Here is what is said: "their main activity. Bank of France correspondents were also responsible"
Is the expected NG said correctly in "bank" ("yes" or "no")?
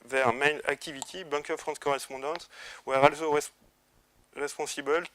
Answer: no